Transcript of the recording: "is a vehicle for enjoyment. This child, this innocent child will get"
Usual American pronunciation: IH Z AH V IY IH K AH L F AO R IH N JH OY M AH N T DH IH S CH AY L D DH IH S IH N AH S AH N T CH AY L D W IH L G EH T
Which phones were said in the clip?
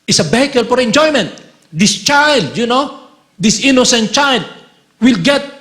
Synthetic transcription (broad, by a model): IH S AH B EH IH K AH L F AO R IH N JH OY M AH N T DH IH S CH AY L D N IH S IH N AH S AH N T CH AY L D W IH L G EH T